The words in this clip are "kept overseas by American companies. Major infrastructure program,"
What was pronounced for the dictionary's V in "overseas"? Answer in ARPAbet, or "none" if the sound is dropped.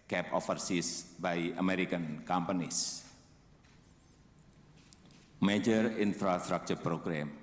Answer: F